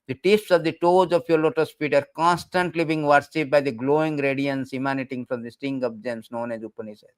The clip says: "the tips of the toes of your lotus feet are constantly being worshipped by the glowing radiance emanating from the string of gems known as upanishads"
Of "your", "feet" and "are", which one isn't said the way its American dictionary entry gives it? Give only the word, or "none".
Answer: feet